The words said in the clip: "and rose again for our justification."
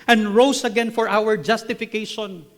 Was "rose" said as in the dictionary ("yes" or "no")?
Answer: no